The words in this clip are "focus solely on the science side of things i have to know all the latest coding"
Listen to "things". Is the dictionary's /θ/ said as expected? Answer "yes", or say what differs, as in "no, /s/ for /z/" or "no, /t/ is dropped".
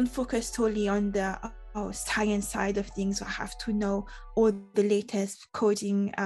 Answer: yes